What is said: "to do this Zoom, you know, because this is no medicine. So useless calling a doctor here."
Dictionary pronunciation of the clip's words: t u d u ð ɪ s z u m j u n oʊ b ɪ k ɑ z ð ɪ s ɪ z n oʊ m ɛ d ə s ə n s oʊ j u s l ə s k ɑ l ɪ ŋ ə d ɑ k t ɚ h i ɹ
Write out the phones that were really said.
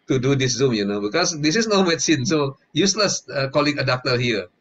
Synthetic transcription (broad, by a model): t u d u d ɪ s z u m j u n oʊ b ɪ k ɑ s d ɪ s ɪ s n oʊ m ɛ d s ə n s oʊ j u s l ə s k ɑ l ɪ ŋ ə d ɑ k t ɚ h i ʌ